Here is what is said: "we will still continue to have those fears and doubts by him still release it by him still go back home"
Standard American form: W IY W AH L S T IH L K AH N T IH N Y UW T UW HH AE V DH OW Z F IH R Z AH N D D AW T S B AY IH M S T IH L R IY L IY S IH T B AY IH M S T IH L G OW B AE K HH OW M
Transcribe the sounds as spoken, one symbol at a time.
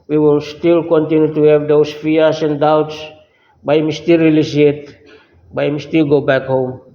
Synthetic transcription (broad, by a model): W IY W AH L S T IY L K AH N T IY N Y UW T UW HH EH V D OW S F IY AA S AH N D D AW T S B AY M S T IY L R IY L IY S IH T B AY M S T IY L G OW B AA K HH OW M